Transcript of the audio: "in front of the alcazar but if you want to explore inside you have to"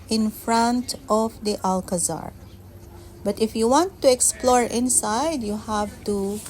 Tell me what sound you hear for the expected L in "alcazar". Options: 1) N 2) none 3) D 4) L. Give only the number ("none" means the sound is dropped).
4